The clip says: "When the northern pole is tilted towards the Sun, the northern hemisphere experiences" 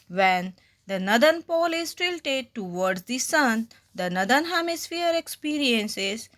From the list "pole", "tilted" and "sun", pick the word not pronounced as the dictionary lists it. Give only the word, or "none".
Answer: none